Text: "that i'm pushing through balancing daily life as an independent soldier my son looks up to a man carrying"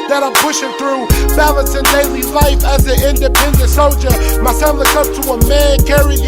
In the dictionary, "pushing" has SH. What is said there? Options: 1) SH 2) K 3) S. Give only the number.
1